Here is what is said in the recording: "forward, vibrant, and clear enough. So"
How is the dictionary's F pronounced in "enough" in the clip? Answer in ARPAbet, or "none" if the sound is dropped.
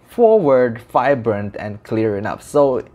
P